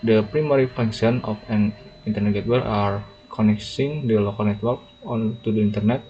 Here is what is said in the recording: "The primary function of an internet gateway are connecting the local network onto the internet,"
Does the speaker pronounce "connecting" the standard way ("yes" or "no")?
no